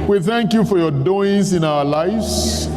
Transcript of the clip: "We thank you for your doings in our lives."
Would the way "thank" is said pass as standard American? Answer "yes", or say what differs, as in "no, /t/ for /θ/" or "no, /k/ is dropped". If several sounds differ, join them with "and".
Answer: yes